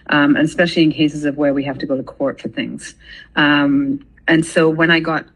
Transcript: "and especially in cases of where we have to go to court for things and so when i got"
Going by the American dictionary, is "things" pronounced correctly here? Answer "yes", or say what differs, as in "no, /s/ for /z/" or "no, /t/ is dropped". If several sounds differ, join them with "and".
yes